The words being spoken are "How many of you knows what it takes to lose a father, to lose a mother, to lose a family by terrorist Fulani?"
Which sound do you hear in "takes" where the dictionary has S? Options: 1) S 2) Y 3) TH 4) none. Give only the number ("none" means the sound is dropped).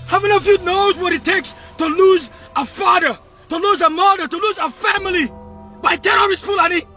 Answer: 1